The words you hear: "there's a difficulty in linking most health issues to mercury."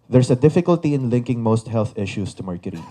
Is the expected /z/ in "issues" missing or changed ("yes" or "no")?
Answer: yes